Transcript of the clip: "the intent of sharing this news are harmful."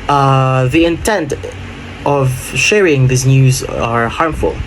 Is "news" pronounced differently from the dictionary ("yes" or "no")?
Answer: no